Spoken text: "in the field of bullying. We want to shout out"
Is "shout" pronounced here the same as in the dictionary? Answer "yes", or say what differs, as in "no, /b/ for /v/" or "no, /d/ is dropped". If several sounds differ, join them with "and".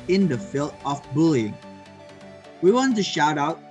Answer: yes